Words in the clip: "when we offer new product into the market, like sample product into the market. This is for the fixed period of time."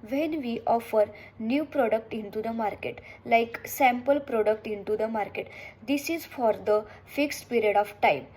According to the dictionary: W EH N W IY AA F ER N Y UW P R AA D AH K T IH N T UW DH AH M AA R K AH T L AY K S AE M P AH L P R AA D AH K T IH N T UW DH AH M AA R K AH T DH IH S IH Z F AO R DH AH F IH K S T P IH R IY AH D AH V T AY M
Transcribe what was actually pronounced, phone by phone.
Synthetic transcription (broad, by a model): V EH N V IY AA F ER N Y UW P R AA D AH K T IH N T UW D AH M AA R K AH T L AY K S AE M P AH L P R AA D AH K T IH N T UW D AH M AA R K AH T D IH S IH Z F AO R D AH F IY K S T P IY R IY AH D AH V T AY M